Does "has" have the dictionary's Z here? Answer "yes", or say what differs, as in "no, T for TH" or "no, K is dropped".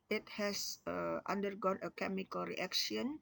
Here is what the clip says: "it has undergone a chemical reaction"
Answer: no, S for Z